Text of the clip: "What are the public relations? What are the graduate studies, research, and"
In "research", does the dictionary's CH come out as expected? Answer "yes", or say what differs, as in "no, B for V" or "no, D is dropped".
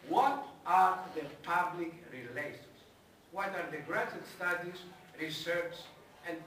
no, S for CH